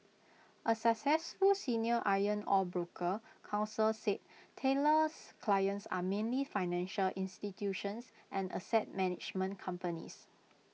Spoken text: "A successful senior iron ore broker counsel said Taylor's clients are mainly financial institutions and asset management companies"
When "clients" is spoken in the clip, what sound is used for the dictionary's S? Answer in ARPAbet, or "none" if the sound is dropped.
S